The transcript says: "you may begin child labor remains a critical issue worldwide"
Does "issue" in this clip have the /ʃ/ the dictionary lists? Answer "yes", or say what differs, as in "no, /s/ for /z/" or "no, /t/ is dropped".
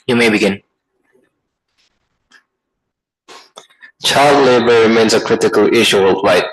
yes